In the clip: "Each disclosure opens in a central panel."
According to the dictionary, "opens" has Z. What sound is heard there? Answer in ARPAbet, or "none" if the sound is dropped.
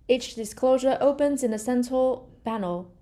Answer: Z